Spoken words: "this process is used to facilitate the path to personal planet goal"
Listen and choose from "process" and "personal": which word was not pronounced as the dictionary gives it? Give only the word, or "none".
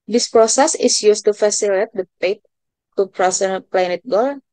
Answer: personal